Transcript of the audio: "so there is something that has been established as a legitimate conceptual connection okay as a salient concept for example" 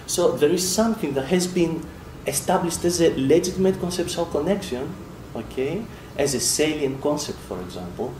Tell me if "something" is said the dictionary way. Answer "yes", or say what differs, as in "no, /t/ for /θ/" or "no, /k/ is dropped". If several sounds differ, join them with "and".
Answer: yes